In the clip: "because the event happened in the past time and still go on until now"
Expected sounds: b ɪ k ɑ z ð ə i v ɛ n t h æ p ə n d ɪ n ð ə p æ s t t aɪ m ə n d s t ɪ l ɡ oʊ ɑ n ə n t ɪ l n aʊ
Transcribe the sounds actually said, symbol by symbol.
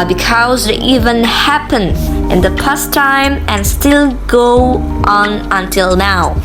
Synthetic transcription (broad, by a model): b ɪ k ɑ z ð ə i v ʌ n h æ p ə n ɪ n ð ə p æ s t t aɪ m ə n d s t ɪ l ɡ oʊ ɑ n ə n t ɪ l n aʊ